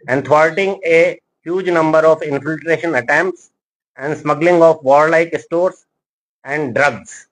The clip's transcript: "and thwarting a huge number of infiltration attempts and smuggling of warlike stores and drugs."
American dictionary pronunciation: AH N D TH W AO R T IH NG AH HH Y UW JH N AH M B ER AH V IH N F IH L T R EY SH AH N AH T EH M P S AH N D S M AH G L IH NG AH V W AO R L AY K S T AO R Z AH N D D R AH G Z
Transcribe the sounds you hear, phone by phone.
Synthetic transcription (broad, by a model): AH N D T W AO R T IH NG AH HH Y UW JH N AH M B ER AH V IH N F IH L T R EY SH AH N AH T EH M P S AH N D S M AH G L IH NG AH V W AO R L AY K S T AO R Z AH N D D R AH G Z